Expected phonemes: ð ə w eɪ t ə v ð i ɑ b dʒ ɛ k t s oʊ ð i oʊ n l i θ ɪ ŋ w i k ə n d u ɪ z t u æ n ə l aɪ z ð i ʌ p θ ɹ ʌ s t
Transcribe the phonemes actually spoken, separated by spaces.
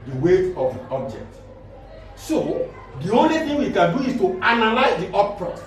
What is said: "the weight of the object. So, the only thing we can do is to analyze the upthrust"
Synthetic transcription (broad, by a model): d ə w eɪ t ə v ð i ɑ b dʒ ɛ k t s oʊ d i oʊ n l i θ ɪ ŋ w i k ə n d u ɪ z t u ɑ n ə l aɪ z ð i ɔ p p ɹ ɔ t